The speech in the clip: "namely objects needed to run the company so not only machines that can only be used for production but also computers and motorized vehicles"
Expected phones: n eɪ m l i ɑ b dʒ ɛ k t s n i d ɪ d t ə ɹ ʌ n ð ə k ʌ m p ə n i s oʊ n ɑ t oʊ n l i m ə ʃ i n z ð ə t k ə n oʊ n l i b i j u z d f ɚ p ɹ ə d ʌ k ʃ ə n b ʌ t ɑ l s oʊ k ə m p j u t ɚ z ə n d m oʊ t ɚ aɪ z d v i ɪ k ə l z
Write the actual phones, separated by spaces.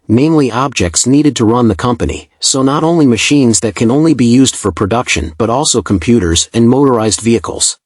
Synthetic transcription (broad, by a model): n eɪ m l i ɑ b dʒ ɛ k t s n i d ɪ d t ə ɹ ʌ n ð ə k ʌ m p ə n i s oʊ n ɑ t oʊ n l i m ə ʃ i n z ð ə t k ə n oʊ n l i b i j u z d f ɚ p ɹ ə d ʌ k ʃ ə n b ʌ t ɑ l s oʊ k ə m p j u t ɚ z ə n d m oʊ t ɚ aɪ z d v i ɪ k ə l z